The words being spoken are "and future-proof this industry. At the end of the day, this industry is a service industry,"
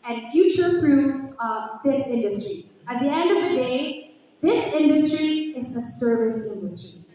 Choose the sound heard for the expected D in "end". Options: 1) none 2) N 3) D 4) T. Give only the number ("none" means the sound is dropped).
3